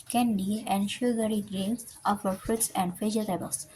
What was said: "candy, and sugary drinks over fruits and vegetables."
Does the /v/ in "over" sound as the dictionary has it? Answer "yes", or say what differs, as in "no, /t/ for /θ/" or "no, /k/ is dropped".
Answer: no, /f/ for /v/